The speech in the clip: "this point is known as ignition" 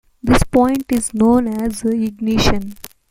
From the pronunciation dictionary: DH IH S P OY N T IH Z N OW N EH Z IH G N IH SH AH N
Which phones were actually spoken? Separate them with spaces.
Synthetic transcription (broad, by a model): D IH S P OY N T IH Z N OW N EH Z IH G N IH SH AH N